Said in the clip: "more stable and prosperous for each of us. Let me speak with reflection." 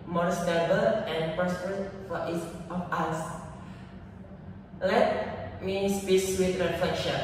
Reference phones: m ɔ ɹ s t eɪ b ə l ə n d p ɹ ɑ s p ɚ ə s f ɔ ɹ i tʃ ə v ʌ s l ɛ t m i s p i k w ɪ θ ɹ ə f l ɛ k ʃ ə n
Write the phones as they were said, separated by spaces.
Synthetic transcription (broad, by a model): m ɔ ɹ s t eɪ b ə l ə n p ɑ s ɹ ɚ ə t f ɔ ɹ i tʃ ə f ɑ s l ɛ t m i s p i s w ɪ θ ɹ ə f l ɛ k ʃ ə n